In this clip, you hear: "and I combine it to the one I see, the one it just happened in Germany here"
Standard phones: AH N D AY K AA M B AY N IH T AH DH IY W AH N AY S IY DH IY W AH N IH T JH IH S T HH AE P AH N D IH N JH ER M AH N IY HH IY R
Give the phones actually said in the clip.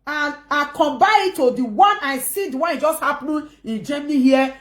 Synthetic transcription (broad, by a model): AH N AY K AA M B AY IH T AH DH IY W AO N AY S IY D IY W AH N IH T JH IH S T HH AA P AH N IH N JH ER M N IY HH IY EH